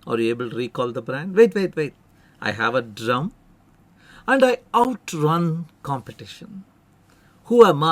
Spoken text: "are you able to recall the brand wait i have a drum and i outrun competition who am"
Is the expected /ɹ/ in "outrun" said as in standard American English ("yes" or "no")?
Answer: yes